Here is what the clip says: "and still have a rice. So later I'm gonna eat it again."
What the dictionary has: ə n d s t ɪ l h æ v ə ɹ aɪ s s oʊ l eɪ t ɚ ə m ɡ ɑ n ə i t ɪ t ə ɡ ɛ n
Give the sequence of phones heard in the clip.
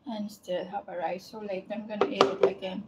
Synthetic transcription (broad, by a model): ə n s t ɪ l h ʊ b ə ɹ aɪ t s oʊ l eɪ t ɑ ə m ɡ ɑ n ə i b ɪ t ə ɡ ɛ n